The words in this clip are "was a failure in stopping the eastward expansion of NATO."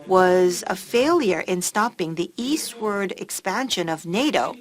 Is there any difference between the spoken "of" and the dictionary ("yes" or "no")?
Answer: no